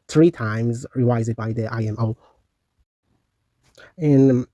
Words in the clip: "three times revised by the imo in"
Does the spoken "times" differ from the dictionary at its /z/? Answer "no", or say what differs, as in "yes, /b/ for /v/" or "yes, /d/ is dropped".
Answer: no